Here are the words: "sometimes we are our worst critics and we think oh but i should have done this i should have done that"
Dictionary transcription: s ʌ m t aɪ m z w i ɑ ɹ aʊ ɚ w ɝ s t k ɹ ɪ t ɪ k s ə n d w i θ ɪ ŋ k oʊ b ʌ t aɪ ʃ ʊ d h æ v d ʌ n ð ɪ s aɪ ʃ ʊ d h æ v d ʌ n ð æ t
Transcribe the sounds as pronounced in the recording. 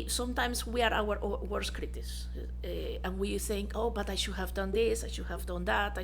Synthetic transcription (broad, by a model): s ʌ m t aɪ m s w i ɑ ɹ aʊ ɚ w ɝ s k ɹ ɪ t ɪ s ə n w i θ ɪ ŋ k oʊ b ʌ t aɪ ʃ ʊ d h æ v d ʌ n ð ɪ s aɪ ʃ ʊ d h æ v d ʌ n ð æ t